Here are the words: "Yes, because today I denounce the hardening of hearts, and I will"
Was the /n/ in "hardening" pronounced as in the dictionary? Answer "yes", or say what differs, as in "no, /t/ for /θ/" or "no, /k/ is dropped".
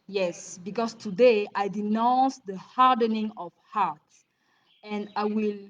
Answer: yes